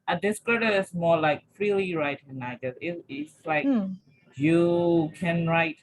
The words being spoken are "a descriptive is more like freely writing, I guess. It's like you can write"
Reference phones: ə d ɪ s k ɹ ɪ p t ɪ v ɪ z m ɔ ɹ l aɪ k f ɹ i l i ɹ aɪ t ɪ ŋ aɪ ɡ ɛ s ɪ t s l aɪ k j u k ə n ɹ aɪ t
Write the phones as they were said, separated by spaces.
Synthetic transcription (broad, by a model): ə d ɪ s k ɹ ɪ t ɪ ɪ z m ɔ l aɪ k f ɹ i l i ɹ aɪ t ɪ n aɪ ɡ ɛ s ɪ t s l aɪ k j u k ə n ɹ aɪ t